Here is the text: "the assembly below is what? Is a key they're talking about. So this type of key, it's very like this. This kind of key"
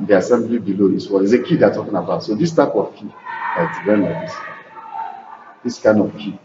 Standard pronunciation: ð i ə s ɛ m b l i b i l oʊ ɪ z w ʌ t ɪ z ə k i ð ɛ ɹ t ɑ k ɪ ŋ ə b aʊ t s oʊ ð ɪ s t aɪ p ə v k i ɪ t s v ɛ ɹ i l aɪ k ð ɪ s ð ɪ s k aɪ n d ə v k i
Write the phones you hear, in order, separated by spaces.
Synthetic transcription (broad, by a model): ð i ə s ɛ m b l i b i l oʊ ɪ s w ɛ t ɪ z ə k i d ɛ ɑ t ɑ k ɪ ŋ ə b aʊ t s oʊ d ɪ s t aɪ p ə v k i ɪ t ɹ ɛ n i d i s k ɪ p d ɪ s k aɪ n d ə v k i